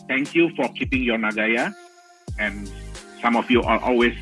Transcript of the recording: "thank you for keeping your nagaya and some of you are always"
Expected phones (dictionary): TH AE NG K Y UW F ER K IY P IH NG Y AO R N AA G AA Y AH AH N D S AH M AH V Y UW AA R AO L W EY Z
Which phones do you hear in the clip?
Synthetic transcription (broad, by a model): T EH NG K Y UW F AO K IY P IH NG Y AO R N AA G AA Y AH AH N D S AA M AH F Y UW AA L AO L W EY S